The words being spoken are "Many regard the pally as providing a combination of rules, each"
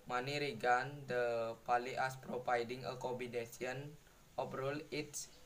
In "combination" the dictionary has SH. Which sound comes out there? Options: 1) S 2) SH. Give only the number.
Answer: 1